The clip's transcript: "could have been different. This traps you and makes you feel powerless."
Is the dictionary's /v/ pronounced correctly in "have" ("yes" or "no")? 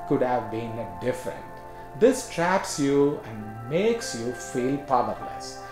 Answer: yes